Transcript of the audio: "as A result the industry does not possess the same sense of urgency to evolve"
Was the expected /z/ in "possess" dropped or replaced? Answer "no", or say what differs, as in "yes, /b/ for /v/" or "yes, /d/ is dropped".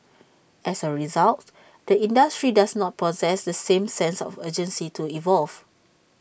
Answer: no